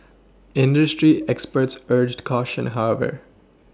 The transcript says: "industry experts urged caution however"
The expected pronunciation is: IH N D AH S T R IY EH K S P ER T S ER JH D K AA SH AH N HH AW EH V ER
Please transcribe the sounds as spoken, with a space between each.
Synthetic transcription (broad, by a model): IH N D AH S T R IY EH K S P ER T S ER JH D K AA SH AH N HH AW EH V ER